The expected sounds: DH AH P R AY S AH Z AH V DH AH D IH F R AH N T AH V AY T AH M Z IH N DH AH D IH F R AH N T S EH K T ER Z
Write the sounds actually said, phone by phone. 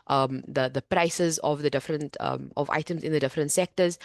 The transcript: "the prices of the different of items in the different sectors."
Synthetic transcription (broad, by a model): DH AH P R AY S AH Z AH V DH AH D IH F R AH N T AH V AY T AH M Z IH N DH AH D IH F R AH N T S EH K T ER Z